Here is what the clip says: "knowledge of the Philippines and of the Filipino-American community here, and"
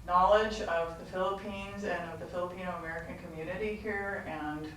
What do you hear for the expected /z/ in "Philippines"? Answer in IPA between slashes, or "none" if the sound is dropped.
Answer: /z/